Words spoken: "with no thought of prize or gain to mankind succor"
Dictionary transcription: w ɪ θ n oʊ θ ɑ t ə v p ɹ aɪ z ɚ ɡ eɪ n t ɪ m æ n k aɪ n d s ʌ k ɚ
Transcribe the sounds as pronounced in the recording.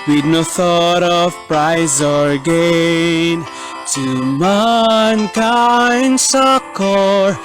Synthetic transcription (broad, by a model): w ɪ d n oʊ θ ɑ t ə v p ɹ aɪ z ɚ ɡ eɪ n t ɪ m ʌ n k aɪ n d s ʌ k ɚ